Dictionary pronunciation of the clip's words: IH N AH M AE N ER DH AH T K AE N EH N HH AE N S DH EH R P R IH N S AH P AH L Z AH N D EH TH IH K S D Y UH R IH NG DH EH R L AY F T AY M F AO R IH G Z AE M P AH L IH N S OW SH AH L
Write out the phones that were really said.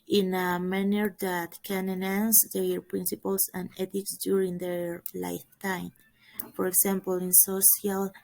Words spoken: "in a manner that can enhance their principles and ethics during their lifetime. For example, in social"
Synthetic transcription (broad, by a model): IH N AH M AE N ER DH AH T K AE N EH N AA N S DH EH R P R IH N S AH P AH L S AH N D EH T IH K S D Y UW R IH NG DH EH R L AY F T AY M F AO R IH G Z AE M P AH L IH N S OW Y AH L